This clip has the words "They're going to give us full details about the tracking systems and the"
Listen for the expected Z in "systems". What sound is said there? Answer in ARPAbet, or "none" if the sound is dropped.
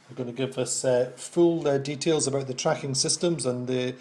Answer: Z